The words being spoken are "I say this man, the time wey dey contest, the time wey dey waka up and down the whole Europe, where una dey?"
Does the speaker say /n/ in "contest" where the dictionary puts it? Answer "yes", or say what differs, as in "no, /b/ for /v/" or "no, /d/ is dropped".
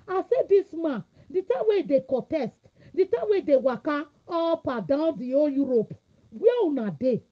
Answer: no, /n/ is dropped